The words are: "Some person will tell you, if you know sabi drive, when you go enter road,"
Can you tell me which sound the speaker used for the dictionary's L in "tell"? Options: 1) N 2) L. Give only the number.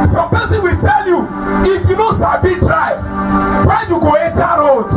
2